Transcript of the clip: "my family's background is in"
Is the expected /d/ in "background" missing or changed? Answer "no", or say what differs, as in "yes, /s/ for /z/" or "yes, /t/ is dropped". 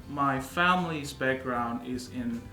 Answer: no